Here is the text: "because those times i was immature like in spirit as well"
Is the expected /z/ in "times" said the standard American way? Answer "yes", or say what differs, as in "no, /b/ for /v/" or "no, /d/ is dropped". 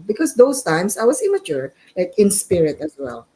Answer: no, /s/ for /z/